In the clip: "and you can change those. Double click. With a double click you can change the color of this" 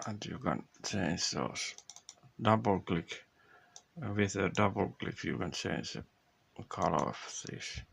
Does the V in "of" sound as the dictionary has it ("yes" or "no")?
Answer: no